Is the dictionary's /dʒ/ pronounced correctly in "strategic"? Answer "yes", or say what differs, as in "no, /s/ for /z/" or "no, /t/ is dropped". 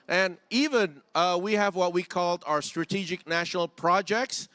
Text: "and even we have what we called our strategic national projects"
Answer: yes